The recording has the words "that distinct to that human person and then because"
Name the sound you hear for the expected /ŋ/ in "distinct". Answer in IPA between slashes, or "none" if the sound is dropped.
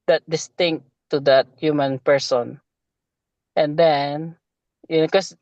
/ŋ/